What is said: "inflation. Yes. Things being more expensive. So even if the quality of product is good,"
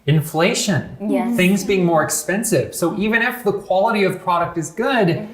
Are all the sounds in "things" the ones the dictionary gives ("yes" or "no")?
yes